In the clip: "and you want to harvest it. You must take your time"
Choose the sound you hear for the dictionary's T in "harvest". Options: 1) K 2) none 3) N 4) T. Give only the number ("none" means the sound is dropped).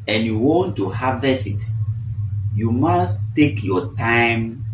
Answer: 2